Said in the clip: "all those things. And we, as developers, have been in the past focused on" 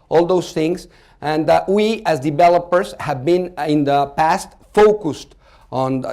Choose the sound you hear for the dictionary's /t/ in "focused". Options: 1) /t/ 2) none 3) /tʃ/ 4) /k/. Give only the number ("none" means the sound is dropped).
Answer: 1